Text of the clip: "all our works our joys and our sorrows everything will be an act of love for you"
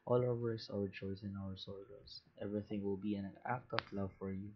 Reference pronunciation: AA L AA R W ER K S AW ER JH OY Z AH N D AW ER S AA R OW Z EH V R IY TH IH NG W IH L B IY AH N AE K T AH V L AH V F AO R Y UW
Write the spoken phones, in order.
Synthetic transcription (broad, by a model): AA L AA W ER S AW ER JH OY S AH N AW ER S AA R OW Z EH V R IY TH IH NG W IH L B IY AH N AE K T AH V L AH V F AO R Y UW